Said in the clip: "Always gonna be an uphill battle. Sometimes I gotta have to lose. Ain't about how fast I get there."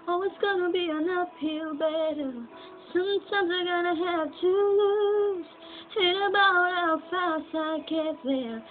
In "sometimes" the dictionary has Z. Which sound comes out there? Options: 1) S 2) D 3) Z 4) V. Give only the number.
3